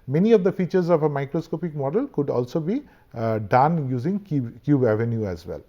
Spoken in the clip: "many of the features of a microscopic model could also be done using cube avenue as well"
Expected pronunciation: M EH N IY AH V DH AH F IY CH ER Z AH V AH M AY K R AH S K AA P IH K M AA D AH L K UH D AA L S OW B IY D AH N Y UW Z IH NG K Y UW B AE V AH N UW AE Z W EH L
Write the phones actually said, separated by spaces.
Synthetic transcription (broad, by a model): M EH N IY AH V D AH F IY CH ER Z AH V AH M AY K R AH S K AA P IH K M AA D AH L K UH D AA L S OW B IY D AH N Y UW Z IH NG K Y UW B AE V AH N UW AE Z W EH L